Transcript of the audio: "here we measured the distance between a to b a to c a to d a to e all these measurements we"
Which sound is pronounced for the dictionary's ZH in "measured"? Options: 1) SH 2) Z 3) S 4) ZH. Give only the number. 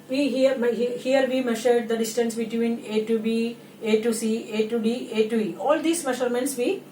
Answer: 1